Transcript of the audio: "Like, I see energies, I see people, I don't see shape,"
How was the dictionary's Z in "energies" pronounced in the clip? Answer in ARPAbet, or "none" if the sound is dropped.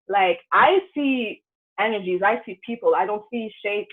Z